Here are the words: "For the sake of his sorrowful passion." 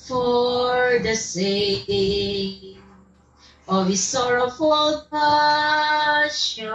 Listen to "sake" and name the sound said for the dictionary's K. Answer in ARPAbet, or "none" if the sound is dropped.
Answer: none